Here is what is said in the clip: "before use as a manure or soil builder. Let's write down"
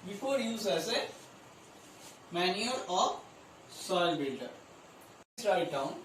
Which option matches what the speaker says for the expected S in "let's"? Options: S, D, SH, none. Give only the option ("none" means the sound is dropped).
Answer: none